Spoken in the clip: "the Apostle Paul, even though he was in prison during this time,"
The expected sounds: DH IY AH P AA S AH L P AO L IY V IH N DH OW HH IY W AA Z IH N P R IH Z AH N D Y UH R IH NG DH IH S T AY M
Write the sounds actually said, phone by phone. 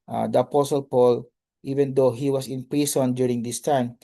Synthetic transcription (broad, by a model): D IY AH P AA S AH L P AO L IY V IH N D OW HH IY W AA S IH N P R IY S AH N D Y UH R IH NG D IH S T AY M